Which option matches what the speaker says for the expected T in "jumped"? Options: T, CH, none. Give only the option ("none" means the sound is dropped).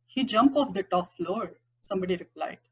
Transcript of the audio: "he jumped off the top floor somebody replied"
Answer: none